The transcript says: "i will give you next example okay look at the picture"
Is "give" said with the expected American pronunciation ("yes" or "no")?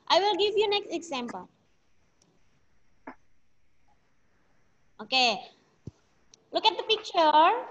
yes